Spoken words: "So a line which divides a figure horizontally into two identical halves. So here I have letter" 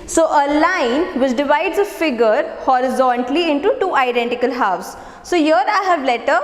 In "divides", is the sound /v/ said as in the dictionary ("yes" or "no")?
yes